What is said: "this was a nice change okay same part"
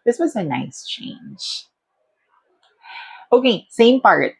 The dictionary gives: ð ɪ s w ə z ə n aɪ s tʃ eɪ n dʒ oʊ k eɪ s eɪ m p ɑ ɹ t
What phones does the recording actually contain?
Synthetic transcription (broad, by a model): ð ɪ s w ə z ə n aɪ s tʃ eɪ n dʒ oʊ k eɪ s eɪ m p ɑ ɹ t